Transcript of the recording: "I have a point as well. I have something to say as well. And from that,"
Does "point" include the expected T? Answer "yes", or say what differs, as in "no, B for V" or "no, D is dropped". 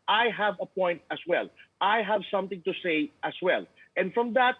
yes